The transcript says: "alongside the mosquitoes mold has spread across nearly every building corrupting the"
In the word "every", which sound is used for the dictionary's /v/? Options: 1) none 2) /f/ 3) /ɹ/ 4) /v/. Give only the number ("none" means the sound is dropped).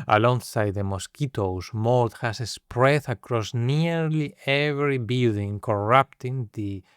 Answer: 4